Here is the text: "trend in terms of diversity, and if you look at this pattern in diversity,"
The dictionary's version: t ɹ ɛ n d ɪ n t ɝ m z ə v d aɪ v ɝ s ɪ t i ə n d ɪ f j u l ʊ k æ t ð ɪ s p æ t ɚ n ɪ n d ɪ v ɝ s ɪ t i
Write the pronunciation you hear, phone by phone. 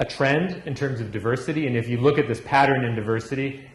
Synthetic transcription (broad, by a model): t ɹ ɛ n d ɪ n t ɝ m z ə v d aɪ v ɝ s ɪ t i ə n ɪ f j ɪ l ʊ k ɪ t ð ɪ s p æ t ɚ n ɪ n d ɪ v ɝ s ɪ t i